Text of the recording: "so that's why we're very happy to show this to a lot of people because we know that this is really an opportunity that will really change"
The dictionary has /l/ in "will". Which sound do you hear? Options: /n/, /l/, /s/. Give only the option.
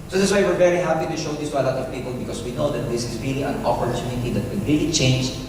/n/